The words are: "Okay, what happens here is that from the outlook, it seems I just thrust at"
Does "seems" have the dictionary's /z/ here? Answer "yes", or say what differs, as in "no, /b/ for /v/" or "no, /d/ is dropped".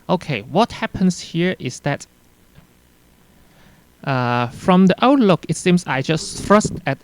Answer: no, /s/ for /z/